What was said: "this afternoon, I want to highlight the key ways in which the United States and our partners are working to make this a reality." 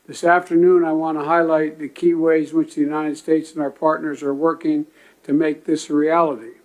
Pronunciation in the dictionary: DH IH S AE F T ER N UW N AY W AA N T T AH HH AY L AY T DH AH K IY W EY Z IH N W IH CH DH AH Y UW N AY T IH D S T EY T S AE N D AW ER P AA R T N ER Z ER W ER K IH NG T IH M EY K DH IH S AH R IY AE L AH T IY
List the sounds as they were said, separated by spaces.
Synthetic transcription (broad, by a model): DH IH S AE F T ER N UW N AY W AA N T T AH HH AY L AY T DH AH K IY W EY IH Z W IH CH DH AH Y UW N AY T IH D S T EY T S N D AW ER P AA R T N ER Z ER W ER K IH NG T IH M EY K DH IH S R IY AE L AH T IY